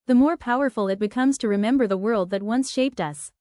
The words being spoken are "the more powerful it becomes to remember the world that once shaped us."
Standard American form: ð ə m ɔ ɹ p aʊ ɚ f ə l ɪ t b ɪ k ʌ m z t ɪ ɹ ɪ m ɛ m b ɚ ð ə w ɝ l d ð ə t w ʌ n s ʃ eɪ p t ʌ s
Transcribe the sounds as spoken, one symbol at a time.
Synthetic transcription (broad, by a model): ð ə m ɔ ɹ p aʊ ɚ f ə l ɪ t b ɪ k ʌ m z t ɪ ɹ ɪ m ɛ m b ɚ ð ə w ɝ l d ð ə t w ʌ n s ʃ eɪ p t ʌ s